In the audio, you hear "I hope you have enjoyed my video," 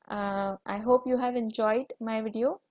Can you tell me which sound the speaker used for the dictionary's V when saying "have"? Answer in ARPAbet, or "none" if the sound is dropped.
V